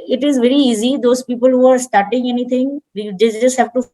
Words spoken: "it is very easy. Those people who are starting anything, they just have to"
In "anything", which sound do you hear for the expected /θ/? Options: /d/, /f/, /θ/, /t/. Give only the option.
/t/